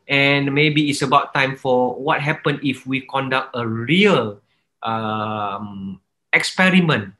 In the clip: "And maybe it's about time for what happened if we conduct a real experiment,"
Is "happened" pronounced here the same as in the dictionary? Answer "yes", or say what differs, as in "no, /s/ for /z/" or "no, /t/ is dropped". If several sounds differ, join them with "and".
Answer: no, /d/ is dropped